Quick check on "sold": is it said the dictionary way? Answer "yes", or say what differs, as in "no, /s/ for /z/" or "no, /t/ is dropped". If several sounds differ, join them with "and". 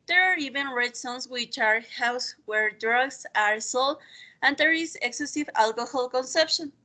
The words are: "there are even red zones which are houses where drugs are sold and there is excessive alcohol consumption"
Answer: no, /d/ is dropped